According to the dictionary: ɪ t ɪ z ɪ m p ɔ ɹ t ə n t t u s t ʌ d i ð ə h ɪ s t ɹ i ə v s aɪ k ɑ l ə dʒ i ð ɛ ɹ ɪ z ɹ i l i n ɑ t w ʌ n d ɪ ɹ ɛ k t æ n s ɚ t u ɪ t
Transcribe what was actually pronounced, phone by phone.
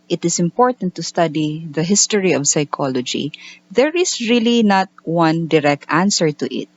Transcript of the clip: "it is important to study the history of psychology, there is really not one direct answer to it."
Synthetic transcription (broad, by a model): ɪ t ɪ s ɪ m p ɔ ɹ t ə n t t u s t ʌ d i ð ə h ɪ s t ɹ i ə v s aɪ k ɑ l ə dʒ i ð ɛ ɹ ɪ s ɹ i l i n ɑ t w ʌ n d ɪ ɹ ɛ k t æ n s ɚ t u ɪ t